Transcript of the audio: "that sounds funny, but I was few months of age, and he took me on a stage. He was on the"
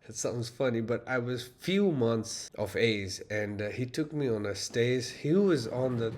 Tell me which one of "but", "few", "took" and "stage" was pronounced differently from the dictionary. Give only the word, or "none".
stage